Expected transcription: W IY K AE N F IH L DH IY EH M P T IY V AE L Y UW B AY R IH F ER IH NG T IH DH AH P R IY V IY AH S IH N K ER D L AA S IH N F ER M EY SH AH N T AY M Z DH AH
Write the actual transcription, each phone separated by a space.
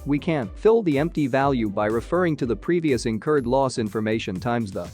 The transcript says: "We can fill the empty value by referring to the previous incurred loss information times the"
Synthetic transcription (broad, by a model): W IY K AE N F IH L DH IY EH M P T IY V AE L Y UW B AY R IH F ER IH NG T IH DH AH P R IY V IY AH S IH N K ER D L AA S IH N F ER M EY SH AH N T AY M Z DH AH